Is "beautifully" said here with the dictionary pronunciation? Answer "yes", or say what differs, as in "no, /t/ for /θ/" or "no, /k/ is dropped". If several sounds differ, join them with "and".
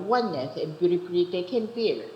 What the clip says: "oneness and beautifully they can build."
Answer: no, /p/ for /f/